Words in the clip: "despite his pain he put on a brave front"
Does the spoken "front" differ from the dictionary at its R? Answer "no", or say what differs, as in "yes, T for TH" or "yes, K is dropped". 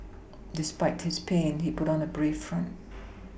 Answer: no